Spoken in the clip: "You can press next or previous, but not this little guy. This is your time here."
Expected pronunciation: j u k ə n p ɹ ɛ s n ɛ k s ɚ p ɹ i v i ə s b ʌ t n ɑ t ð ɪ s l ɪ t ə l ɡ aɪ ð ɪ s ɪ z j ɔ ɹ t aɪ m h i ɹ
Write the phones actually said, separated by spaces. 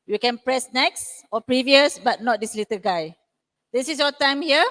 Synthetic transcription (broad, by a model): j u k ə n p ɹ ɛ s n ɛ k s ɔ p ɹ i v i ə s b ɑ t n ɑ t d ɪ s l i t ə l ɡ aɪ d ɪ s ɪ s j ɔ t aɪ m h i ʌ